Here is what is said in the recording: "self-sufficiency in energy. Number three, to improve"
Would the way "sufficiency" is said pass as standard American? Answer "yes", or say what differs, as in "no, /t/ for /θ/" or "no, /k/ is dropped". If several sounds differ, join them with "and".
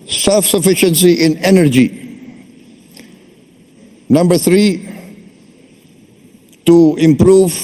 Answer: yes